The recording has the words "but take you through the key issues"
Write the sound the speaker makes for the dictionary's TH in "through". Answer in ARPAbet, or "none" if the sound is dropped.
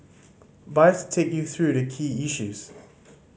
TH